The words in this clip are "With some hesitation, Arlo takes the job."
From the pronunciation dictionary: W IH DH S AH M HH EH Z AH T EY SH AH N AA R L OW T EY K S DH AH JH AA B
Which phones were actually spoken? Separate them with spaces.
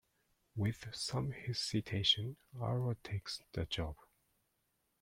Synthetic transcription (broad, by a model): W IH DH S AH M HH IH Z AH T EY SH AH N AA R OW T EY K S DH AH JH AA B